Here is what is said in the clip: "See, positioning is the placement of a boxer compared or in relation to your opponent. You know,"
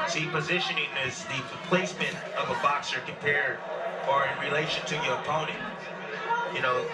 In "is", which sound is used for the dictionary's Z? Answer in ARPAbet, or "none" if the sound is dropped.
Z